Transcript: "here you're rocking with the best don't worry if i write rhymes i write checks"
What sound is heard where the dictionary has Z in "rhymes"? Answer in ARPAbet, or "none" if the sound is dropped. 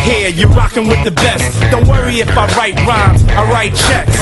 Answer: none